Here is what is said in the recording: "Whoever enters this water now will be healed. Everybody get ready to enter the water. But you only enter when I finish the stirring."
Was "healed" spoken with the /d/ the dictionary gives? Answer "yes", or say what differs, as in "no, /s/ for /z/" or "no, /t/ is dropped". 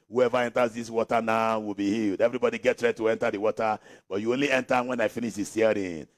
yes